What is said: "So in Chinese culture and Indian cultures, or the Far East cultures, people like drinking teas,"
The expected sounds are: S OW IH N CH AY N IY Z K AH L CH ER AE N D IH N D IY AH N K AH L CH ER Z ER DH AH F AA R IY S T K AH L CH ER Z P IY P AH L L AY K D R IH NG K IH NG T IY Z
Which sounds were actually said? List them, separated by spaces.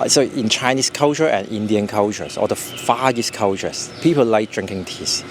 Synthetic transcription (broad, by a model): S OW IH N CH AY N IY S K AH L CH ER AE N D IH N D IY AH N K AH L CH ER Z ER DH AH F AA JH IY S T K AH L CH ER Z P IY P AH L L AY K D R IH NG K IH NG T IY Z